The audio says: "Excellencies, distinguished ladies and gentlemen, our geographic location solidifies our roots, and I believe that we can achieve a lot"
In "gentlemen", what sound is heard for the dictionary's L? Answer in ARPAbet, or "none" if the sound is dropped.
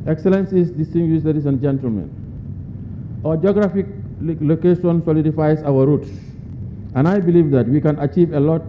L